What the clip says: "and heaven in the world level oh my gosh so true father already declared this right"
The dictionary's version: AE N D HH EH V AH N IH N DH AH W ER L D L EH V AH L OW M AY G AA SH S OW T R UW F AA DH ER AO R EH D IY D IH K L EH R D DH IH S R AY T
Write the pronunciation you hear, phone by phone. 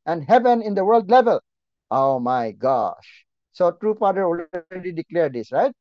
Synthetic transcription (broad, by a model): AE N D HH EH V AH N IH N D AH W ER L D L EH V AH L OW M AY G AA SH S OW T R UW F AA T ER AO L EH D IY D IH K L EH R D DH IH S R AY T